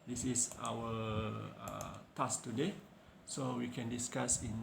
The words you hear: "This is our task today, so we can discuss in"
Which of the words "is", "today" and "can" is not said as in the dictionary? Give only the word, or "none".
is